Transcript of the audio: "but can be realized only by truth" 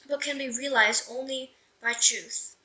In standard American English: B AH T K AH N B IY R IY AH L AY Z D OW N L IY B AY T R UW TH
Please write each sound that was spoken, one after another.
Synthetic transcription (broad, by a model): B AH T K AH N B IY R IY AH L AY Z D OW N L IY B AY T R UW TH